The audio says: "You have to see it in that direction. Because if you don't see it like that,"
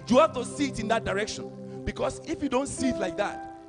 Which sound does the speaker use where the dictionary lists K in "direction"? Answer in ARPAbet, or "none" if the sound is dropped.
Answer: K